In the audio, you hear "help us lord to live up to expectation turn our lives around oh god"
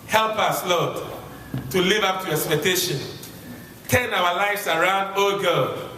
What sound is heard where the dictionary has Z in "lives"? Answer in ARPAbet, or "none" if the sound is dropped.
S